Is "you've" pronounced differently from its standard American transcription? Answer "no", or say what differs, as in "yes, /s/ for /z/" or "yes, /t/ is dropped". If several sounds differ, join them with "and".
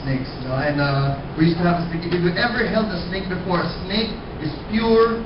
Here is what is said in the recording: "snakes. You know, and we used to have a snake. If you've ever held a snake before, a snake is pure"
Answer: yes, /v/ is dropped